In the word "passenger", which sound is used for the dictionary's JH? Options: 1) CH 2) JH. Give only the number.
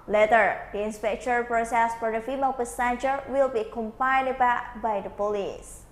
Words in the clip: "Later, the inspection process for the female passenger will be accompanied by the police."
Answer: 1